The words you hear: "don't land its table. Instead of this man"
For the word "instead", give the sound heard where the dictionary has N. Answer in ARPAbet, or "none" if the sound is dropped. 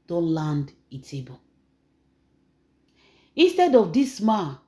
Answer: N